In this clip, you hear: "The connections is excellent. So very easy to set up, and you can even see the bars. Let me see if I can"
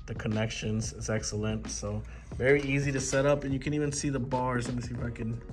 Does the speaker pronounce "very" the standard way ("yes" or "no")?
yes